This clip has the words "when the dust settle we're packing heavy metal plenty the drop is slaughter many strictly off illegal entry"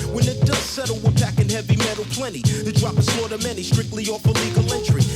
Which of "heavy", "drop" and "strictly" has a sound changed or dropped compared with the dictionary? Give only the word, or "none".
none